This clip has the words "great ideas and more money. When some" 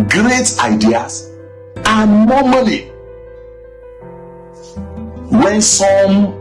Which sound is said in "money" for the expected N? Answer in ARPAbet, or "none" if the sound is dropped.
L